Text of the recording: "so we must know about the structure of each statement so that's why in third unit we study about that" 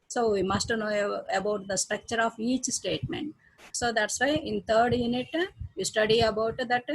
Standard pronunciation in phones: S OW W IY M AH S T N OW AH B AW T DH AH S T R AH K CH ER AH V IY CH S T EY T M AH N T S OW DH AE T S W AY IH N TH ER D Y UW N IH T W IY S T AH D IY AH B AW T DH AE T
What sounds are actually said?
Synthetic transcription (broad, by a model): S OW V IY M AH S T N OW AH B AW T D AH S T R AH K CH ER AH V IY CH S T EY T M AH N T S OW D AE T S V AY IH N T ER D Y UW N IH T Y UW S T AH D IY AH B AW T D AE T